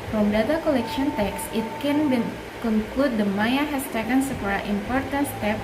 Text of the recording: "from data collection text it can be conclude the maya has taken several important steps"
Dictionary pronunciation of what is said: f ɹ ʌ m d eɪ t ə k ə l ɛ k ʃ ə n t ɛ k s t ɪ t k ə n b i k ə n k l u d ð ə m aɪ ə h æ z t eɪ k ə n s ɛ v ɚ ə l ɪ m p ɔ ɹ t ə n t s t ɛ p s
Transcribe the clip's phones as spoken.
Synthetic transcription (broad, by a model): f ɹ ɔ m d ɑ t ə k ə l ɛ k ʃ ə n t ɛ k s ɪ t k ə n b i k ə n k l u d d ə m aɪ ə h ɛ s t eɪ k ə n s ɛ p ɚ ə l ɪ m p ɔ ɹ t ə n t s t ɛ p